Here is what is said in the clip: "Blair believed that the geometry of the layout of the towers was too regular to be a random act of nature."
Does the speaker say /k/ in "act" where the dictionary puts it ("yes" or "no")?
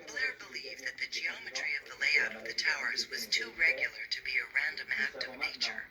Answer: yes